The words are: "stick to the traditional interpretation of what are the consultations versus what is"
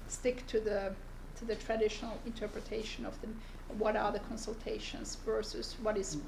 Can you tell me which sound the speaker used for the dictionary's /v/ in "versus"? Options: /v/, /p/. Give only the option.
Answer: /v/